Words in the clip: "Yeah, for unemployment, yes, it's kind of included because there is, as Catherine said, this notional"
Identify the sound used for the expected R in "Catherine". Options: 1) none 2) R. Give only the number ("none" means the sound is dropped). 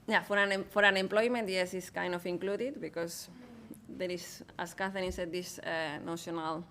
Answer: 1